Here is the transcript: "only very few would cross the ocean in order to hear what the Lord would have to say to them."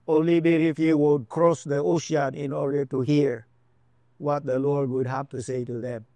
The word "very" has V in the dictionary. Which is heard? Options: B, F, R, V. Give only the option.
B